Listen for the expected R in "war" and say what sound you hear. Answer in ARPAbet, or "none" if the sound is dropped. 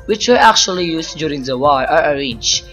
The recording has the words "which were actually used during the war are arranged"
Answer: L